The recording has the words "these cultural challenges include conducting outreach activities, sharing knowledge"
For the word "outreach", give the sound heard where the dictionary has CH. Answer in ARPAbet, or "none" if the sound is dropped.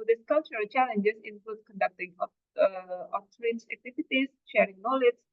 S